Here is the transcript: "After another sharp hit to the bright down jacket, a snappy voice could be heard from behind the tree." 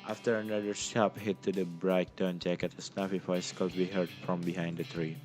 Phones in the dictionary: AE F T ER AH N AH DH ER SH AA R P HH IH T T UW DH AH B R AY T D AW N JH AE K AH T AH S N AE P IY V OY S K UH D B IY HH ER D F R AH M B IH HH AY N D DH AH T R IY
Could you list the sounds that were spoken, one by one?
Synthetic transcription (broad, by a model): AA F T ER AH N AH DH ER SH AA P HH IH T T UW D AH B R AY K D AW N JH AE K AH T AH S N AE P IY F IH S K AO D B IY HH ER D F R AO M B IH HH AY N D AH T R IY